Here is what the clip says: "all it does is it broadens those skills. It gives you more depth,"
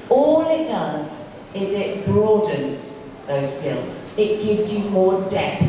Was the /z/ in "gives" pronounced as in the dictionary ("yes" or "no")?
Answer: yes